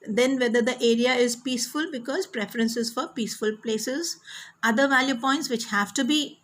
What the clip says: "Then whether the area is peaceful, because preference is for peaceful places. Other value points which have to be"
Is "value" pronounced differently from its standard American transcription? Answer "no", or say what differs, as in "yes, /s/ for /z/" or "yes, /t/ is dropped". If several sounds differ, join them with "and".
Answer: no